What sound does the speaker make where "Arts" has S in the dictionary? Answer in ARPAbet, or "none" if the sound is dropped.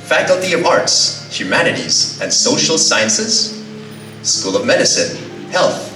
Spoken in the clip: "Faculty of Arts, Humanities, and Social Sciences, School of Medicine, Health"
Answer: S